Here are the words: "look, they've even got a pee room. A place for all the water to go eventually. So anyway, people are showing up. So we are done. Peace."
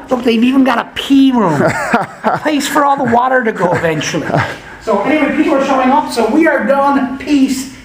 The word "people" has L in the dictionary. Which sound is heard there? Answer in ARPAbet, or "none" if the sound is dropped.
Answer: W